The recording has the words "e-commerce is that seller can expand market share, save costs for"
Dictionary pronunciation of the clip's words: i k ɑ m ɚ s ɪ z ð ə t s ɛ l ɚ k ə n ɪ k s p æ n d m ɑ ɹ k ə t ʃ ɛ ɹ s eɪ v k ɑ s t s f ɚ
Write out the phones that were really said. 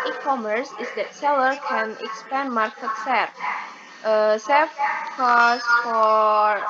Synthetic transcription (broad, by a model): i k ɑ m ɚ s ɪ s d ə t s ɛ l ɚ k ə n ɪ k s p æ n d m ɑ ɹ k ə t s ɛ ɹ s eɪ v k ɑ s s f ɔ